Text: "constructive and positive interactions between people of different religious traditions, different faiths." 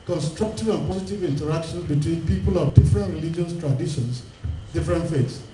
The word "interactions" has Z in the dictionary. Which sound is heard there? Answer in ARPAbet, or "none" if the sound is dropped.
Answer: none